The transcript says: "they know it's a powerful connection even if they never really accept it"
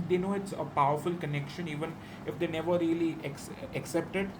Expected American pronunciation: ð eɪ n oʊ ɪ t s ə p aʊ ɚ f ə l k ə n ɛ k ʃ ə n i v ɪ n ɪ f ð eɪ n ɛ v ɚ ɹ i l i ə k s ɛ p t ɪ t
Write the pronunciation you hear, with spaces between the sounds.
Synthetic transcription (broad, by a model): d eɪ n oʊ ɪ t s ə p aʊ ɚ f ə l k ə n ɛ k ʃ ə n i v ɪ n ɪ f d eɪ n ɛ v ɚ ɹ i l i ə k s ɛ p t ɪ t